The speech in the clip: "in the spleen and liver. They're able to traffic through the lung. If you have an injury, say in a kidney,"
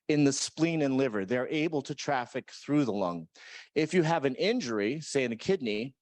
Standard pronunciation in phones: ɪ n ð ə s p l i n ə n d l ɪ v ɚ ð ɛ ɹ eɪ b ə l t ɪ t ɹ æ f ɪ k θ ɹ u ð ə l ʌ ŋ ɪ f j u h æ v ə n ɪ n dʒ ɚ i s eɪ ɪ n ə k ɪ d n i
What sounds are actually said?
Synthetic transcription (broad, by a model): ɪ n ð ə s p l i n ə n l ɪ v ɚ ð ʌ ɹ eɪ b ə l t ɪ t ɹ æ f ɪ k θ ɹ u ð ə l ʌ ŋ ɪ f j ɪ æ v ə n ɪ n dʒ ɚ i s eɪ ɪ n k ɪ d n i